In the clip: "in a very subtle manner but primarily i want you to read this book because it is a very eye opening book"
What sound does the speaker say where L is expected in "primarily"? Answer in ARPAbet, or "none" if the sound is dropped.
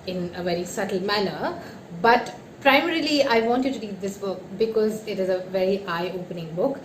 L